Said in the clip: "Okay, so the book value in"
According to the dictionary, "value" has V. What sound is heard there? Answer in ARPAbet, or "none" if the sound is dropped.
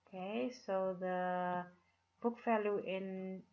F